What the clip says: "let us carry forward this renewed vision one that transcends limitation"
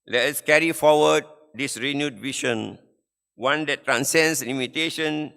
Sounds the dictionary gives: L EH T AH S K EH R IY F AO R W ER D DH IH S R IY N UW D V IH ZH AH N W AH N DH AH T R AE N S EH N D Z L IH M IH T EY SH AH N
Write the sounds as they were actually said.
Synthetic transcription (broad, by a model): L EH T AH S K EH R IY F AO W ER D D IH S R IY N UW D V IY SH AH N W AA N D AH T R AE N S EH N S L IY M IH T EY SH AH N